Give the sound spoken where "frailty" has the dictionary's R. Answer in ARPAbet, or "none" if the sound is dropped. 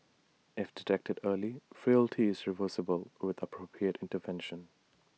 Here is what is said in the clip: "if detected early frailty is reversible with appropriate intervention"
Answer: R